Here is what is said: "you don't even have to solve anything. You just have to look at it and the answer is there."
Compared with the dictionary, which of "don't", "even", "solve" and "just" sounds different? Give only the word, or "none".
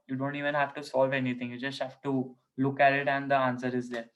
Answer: none